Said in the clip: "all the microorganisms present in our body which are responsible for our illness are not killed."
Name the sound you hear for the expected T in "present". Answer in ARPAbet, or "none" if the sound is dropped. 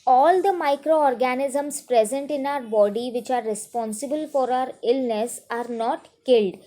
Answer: T